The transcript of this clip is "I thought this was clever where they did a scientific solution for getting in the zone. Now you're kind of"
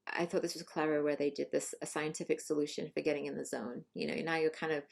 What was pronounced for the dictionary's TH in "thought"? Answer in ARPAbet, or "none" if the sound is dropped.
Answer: TH